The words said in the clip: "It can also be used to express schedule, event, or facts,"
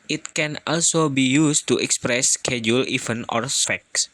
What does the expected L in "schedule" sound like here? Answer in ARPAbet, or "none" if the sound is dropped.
L